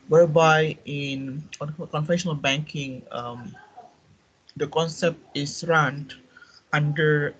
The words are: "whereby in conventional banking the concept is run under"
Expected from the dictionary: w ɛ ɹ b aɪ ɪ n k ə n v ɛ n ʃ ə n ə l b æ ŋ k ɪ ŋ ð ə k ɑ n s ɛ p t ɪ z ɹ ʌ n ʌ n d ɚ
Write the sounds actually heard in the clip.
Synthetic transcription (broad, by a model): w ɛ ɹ b aɪ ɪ n k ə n f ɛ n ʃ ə n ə l b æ ŋ k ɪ ŋ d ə k ɑ n s ɛ p t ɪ s ɹ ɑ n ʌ n d ɚ